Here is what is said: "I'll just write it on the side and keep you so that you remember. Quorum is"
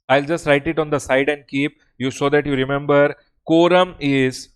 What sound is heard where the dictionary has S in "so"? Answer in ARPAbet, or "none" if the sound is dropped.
SH